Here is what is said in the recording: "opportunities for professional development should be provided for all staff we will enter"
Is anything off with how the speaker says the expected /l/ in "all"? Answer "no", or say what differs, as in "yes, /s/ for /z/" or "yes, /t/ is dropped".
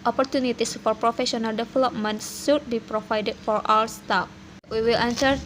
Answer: yes, /w/ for /l/